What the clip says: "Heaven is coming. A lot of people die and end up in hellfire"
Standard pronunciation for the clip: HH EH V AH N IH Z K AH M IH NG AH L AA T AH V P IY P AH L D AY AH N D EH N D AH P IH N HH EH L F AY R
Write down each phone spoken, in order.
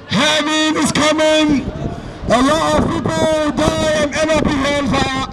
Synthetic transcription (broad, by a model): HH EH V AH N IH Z K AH M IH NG AH L AA T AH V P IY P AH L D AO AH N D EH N AH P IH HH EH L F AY